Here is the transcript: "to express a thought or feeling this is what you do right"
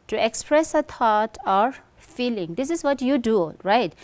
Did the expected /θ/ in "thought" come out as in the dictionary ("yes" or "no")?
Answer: no